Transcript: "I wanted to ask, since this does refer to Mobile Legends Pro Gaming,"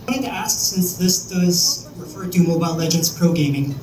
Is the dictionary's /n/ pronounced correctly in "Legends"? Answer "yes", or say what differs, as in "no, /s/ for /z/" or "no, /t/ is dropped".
yes